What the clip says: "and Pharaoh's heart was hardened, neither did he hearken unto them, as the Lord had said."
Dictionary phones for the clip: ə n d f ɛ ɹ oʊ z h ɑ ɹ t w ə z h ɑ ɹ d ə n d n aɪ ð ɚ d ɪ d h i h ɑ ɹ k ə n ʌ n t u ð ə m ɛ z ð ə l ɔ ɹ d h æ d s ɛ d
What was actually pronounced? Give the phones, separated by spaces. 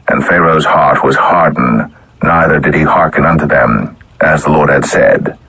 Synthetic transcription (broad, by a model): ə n f ɛ ɹ oʊ z h ɑ ɹ t w ə z h ɑ ɹ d d n aɪ ð ɚ d ɪ d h i h ɑ ɹ k ə n ʌ n t u ð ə m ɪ z ð ə l ɔ ɹ d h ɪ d s ɛ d